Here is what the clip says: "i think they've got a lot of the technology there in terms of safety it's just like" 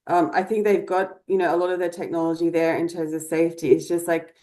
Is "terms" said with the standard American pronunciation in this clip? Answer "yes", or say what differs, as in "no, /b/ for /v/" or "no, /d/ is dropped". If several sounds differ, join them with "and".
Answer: yes